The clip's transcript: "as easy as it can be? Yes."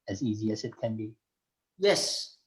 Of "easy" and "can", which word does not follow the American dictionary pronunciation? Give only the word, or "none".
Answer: none